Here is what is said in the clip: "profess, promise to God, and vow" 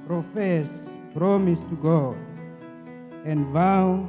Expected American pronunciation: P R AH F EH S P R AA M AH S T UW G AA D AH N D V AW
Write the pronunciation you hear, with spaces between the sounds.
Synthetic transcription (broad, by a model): P R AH F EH S P R AA M AH S T UW G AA AH N D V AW